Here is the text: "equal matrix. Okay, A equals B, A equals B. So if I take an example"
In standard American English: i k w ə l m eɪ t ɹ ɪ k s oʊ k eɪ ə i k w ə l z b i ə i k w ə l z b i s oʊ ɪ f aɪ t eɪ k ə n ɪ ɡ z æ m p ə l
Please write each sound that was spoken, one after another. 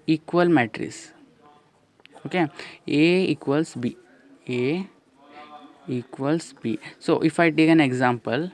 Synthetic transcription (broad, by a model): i k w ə l m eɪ t ɹ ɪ s oʊ k eɪ ə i k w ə l s b i ə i k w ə l s b i s oʊ ɪ f aɪ t eɪ k ə n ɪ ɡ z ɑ m p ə l